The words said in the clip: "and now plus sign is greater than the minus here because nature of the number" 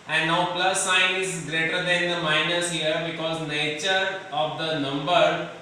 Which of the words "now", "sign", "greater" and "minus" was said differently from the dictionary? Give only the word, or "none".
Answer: none